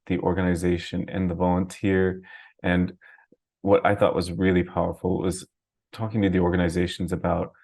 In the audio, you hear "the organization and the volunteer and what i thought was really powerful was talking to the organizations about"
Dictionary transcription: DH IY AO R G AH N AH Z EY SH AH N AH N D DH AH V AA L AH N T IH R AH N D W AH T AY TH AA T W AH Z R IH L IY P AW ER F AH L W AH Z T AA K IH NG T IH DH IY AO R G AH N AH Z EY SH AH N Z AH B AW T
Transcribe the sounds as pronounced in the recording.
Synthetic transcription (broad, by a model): DH IY AO R G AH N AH Z EY SH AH N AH N DH AH V AA L AH N T IH R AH N W AH T AY TH AA T W AH Z R IH L IY P AW ER F L W AH Z T AA K IH NG T IH DH IY AO R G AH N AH Z EY SH N Z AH B AW T